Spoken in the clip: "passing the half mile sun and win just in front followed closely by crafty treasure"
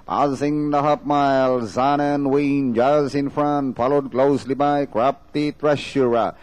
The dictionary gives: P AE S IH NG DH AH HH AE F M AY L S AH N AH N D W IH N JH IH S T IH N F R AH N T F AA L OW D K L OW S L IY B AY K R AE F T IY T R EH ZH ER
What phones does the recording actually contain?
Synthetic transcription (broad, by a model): P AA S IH NG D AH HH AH P M AY L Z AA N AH N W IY N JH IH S IH N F R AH N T F AA L OW D K L OW S L IY B AY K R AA P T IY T R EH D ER